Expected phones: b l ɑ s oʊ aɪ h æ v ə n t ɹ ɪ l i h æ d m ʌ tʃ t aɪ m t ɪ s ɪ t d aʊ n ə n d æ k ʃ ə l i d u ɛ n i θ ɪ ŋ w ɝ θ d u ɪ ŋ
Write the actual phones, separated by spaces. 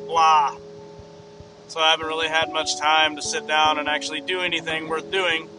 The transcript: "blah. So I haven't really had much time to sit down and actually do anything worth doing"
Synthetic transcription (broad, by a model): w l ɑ s oʊ aɪ h æ v ə n t ɹ ɪ l i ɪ d m ʌ tʃ t aɪ m t ɪ s ɪ t d aʊ n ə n æ k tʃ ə l i d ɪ ɛ n i θ ɪ ŋ w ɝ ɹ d u ɪ ŋ